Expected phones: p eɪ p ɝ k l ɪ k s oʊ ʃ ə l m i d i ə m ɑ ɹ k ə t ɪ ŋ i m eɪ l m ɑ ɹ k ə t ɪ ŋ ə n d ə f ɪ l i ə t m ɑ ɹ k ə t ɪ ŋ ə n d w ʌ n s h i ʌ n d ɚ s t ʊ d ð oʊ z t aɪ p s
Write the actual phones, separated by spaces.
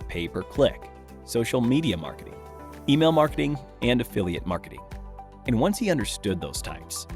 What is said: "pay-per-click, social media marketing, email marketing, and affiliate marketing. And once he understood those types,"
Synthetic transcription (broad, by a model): p eɪ p ɝ k l ɪ k s oʊ ʃ l m i d i ə m ɑ ɹ k ə t ɪ ŋ i m eɪ l m ɑ ɹ k ə t ɪ ŋ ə n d ə f ɪ l i ə t m ɑ ɹ k ə t ɪ ŋ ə n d w ʌ n s h i ʌ n d ɚ s t ʊ d ð oʊ z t aɪ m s